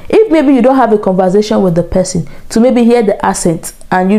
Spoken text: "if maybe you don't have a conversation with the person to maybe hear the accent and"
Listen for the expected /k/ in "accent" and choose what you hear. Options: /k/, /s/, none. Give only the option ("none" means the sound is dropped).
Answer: none